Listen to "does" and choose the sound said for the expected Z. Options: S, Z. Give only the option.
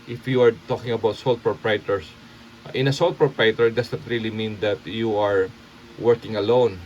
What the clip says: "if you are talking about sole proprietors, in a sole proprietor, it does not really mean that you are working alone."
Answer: S